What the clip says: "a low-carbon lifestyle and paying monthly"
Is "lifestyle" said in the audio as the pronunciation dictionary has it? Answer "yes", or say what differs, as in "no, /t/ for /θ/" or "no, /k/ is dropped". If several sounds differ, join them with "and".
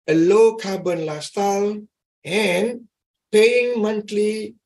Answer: no, /f/ is dropped